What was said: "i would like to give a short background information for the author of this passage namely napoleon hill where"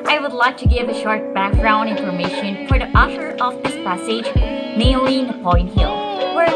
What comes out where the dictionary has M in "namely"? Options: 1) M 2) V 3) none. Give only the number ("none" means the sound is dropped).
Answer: 3